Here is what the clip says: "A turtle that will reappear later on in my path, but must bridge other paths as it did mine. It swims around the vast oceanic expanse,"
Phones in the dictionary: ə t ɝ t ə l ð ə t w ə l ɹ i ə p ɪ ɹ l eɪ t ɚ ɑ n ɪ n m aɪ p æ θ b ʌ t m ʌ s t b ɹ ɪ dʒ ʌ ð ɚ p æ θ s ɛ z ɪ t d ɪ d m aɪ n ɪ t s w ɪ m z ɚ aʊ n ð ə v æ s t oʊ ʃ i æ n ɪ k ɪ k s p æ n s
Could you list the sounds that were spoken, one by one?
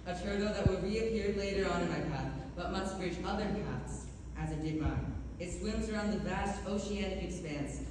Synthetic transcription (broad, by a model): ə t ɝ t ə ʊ ð ə t w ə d ɹ i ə p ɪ ɹ l eɪ t ɚ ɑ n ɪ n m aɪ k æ t b ʌ t m ʌ s t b ɹ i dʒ ʌ ð ɚ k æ t s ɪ z ɪ t d ɪ d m aɪ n ɪ t s w ɪ m z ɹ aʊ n ð ə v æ s t oʊ ʃ i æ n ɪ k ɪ k s p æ n s